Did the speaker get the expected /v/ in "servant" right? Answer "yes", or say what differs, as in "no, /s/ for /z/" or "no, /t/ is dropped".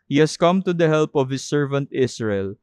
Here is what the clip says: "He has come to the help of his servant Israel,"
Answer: yes